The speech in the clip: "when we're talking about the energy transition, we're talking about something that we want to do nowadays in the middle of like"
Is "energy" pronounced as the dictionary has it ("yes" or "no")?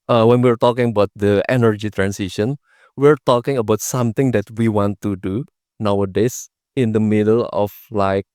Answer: yes